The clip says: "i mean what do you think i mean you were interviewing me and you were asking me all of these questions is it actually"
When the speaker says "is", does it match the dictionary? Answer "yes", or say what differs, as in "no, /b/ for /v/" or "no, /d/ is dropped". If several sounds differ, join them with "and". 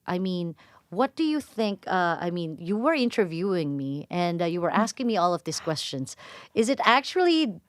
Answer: yes